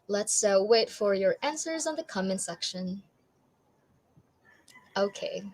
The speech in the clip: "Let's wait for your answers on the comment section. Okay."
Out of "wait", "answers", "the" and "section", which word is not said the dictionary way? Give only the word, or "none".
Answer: none